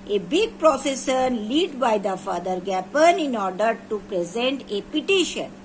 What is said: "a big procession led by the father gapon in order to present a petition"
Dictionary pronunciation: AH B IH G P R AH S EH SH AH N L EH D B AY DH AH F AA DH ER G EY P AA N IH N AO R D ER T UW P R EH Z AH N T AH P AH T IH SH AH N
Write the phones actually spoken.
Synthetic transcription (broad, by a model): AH B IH G P R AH S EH S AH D L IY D B AY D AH F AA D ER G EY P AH N IH N AO R D ER T UW P R EH Z AH N T AH P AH T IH SH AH N